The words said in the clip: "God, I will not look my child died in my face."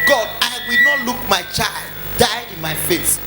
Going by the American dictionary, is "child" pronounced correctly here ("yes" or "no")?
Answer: yes